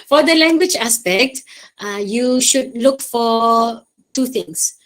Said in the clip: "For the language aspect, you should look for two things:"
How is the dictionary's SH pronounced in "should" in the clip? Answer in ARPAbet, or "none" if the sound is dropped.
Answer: SH